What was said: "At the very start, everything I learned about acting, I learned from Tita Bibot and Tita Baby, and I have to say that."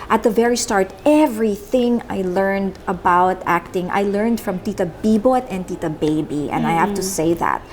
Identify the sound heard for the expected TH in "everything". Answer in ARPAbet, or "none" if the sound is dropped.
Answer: TH